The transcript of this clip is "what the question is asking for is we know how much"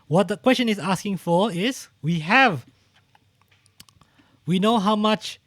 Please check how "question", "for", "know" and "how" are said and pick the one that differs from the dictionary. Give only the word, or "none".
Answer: for